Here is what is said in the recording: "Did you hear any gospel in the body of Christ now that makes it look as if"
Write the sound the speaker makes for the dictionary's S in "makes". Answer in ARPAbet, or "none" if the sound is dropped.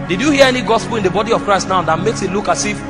S